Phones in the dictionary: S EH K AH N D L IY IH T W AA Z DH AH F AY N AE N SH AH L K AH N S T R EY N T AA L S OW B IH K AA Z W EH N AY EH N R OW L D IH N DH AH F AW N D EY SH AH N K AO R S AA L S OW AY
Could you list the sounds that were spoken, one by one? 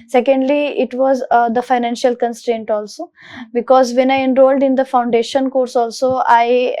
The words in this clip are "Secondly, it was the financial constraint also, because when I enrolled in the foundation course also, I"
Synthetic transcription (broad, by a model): S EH K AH N D L IY IH T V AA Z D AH F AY N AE N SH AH L K AH N S T R EY N T AA L S OW B IH K AA Z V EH N AY EH N R OW L D IH N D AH F AW N D EY SH AH N K AO R S AA L S OW AY